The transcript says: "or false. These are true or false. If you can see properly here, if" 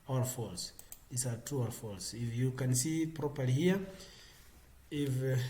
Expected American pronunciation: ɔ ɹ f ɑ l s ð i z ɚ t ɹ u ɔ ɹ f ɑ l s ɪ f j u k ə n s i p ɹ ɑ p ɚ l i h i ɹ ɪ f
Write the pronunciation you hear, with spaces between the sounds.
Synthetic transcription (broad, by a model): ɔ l f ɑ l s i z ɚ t u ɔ l f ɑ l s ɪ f j u k ə n s i p ɹ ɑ p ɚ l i h i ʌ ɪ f